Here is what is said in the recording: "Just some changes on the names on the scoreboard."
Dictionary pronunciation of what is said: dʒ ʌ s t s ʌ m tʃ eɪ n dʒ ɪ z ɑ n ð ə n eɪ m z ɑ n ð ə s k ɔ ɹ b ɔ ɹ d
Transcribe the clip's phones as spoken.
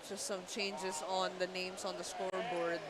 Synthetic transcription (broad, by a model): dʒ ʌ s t s ʌ m tʃ eɪ n dʒ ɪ s ɑ n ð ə n eɪ m s ɑ n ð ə s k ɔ ɹ b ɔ ɹ d